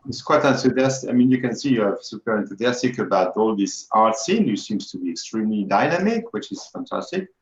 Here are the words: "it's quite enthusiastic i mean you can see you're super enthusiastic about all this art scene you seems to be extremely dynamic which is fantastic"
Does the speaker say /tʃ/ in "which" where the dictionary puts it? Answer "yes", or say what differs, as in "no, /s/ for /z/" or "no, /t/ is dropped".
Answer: yes